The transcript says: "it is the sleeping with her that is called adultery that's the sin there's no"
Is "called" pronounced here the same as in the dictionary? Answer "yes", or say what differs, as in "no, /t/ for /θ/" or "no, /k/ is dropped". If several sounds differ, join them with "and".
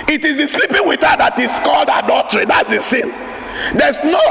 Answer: yes